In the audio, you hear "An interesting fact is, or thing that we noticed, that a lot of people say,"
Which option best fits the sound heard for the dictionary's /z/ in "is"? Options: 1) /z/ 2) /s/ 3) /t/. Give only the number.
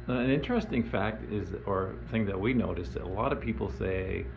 1